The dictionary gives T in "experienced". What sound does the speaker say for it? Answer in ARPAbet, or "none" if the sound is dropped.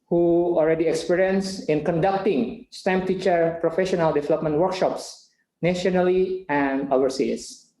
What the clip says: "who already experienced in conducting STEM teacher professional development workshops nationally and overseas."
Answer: none